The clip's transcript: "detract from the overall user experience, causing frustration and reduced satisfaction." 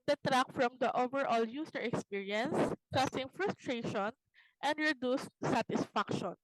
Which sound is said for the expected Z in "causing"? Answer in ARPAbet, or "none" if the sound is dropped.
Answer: S